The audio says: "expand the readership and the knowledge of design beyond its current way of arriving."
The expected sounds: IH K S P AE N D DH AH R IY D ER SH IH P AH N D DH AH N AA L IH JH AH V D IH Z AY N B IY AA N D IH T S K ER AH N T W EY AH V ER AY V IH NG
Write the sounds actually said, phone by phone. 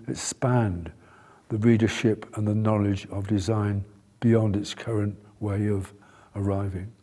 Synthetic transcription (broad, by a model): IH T S P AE N DH AH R IY D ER SH IH P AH N DH AH N AA L IH JH AH V D IH Z AY N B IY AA N D IH T S K ER AH N T W EY AH V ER AY V IH NG